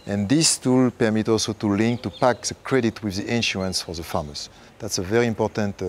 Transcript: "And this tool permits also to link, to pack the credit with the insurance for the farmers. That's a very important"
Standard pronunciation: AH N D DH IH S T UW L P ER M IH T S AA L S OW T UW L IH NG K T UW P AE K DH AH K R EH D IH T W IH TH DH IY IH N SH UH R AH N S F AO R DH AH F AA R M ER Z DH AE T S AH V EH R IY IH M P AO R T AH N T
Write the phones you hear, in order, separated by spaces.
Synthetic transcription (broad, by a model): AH N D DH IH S T UW L P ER M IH T AA L S OW T UW L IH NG K T UW P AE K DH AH K R EH D IH T W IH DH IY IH N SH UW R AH N S F AO R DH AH F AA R M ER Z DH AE T S AH V EH R IY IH M P AO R T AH N T